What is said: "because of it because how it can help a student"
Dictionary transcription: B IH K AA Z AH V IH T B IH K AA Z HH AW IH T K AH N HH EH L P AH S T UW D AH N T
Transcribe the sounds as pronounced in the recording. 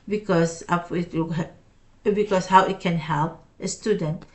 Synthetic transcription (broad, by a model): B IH K AA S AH P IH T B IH K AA S HH AW IH T K AH N HH EH L P AH S T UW D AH N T